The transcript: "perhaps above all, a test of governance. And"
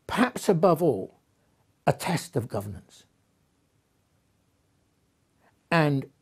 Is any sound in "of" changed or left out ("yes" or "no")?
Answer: no